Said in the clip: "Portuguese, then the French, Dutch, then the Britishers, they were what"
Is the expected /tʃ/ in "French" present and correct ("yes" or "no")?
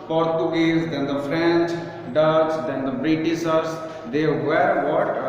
yes